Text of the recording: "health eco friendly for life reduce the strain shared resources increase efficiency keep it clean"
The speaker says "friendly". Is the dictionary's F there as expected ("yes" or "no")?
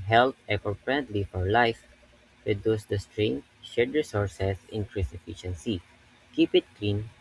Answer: no